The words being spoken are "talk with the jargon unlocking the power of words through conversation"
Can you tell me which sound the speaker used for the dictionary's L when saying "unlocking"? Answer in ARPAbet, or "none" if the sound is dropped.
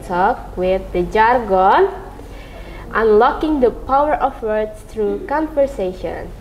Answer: L